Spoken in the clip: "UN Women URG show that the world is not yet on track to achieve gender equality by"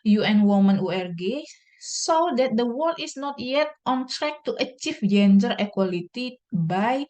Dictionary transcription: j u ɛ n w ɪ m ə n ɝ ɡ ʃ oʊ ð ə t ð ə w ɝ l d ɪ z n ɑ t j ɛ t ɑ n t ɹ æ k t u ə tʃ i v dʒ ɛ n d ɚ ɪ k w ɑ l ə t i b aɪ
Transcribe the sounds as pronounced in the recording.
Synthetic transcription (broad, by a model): j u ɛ n w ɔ m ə n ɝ ɡ s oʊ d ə t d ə w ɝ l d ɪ s n ɑ t j ɛ t ɑ n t ɹ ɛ k t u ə tʃ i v dʒ ɛ n d ɚ ɪ k w ɑ l ə t i b aɪ